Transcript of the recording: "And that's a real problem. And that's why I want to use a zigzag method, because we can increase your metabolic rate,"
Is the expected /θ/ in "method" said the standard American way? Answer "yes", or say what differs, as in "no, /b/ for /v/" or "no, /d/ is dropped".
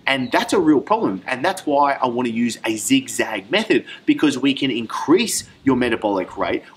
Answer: yes